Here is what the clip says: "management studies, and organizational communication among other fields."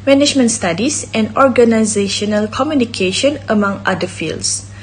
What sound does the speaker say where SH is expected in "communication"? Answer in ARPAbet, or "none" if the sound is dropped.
SH